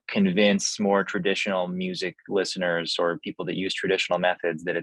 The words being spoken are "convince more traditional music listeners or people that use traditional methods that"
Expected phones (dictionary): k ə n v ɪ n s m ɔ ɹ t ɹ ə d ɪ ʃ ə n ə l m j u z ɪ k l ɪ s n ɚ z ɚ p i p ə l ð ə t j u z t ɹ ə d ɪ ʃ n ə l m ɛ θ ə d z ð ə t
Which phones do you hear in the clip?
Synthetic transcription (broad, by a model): k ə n v ɪ n s m ɔ ɹ t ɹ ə d ɪ ʃ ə n l m j u z ɪ k l ɪ s n ɚ z ɚ p i p l ð ə t j u z t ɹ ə d ɪ ʃ n l m ɛ θ ə d z ð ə t